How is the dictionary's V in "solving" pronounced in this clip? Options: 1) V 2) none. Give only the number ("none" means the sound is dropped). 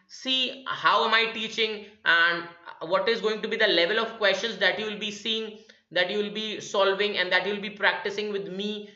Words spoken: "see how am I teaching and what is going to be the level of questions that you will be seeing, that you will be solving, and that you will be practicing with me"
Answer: 1